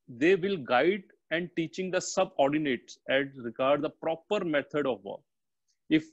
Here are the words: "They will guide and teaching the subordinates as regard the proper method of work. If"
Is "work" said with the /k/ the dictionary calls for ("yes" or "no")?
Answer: no